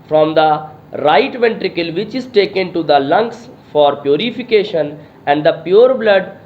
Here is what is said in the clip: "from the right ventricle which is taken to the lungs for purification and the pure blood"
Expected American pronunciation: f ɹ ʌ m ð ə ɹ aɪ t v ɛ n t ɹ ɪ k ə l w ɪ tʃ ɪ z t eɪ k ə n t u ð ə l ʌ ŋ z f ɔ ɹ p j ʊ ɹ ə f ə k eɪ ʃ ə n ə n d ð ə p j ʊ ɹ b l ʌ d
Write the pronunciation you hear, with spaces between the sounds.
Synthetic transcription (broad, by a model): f ɹ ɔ m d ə ɹ aɪ t v ɛ n t ɹ ɪ k ə l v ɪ tʃ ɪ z t eɪ k ə n t u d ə l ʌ ŋ s f ɔ ɹ p j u ɹ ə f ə k eɪ ʃ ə n ə n d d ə p j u ɹ b l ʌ d